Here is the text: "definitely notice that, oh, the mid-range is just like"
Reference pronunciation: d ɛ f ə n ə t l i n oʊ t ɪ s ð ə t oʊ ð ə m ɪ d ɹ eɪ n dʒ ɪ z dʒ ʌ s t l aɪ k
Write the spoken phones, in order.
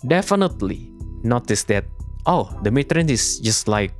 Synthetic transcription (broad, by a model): d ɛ f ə n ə t l i n oʊ t ɪ s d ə t oʊ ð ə m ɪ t ɹ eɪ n ɪ s dʒ ʌ s t l aɪ k